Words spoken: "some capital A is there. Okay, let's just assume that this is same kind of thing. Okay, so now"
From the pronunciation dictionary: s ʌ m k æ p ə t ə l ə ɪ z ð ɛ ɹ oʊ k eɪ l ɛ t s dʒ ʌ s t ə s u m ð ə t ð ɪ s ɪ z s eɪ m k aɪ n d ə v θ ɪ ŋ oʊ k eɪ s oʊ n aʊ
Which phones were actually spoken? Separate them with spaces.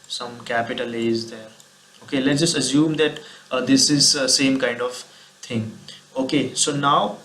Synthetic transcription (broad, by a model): s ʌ m k æ p ə t ə l ə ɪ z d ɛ ɹ oʊ k eɪ l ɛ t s dʒ ʌ s t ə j u m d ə t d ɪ s ɪ z s eɪ m k aɪ n d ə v t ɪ ŋ oʊ k eɪ s oʊ n aʊ